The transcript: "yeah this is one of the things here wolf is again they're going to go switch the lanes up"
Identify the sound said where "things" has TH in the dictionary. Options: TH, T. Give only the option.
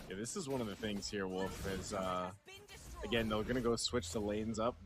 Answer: TH